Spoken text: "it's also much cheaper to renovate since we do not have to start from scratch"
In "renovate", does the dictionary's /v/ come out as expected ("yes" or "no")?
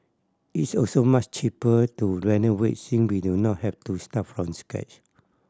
no